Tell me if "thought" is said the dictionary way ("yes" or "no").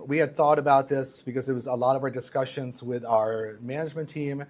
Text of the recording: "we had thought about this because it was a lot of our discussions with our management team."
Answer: yes